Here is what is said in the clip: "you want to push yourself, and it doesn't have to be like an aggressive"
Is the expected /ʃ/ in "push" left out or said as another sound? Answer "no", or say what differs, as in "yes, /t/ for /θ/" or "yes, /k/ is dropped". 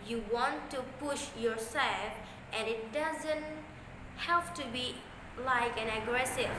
no